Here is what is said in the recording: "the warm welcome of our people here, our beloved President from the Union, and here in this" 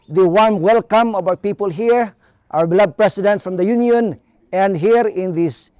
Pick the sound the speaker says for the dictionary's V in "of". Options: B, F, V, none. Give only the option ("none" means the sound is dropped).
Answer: B